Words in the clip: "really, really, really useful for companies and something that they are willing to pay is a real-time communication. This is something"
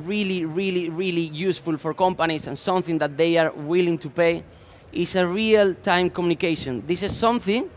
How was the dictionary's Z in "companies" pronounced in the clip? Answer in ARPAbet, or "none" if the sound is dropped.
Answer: S